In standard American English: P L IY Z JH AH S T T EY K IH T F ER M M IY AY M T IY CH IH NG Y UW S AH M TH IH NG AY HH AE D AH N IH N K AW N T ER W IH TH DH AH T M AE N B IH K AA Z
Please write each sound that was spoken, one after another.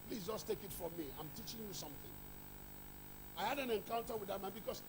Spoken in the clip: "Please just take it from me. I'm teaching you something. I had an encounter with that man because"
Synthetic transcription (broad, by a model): P L IY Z JH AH S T T EY K IH T F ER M M IY AY M T IY CH IH NG Y UW S AH M TH IH NG AY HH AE D AH N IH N K AW N T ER W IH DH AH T M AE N B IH K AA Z